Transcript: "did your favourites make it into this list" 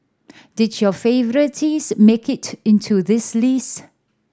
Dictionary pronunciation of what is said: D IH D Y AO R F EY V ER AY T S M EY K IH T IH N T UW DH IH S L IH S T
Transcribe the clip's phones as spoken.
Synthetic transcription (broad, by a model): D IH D Y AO F EY V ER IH T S M EY K IH T IH N T UW DH IH S L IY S